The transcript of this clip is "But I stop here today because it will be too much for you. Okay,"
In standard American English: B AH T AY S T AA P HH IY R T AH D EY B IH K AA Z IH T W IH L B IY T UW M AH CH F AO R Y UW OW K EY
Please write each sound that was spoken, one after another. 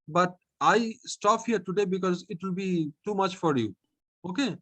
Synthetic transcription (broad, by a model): B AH T AY S T AA P HH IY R T AH D EY B IH K AA Z IH T W IH L B IY T UW M AH CH F AO R Y UW OW K EY